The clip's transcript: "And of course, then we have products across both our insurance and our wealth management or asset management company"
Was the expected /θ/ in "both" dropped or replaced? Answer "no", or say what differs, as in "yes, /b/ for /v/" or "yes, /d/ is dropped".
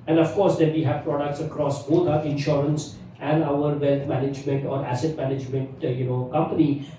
yes, /t/ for /θ/